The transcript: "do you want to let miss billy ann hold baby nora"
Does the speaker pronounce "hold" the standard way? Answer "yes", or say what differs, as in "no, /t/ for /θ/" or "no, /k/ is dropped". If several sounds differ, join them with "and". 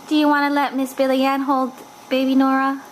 yes